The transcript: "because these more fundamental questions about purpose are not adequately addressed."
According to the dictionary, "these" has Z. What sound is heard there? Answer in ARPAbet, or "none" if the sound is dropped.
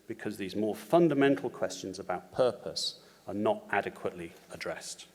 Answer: Z